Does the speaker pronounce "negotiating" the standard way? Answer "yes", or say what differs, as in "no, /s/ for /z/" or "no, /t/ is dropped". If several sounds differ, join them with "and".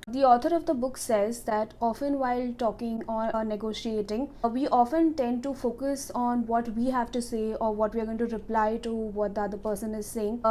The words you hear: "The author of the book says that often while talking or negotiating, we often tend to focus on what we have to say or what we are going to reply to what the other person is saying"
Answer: yes